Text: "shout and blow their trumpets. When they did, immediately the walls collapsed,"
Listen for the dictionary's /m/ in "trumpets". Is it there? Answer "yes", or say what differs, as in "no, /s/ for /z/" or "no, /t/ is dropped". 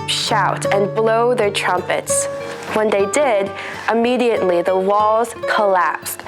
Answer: yes